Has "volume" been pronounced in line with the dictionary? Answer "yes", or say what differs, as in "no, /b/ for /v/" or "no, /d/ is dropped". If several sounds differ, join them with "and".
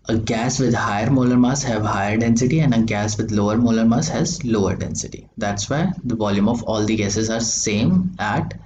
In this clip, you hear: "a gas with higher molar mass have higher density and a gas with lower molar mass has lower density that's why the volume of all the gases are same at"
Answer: yes